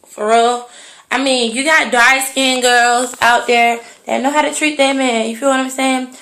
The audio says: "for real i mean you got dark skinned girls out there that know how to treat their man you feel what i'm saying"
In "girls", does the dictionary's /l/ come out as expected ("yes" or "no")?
yes